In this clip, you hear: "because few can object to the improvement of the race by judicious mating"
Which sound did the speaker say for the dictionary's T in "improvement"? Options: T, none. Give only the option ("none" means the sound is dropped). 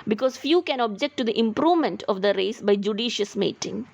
T